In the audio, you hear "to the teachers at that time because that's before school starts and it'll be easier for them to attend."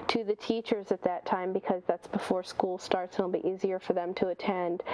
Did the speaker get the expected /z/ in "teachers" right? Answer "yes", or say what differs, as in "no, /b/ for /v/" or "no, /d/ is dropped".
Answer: yes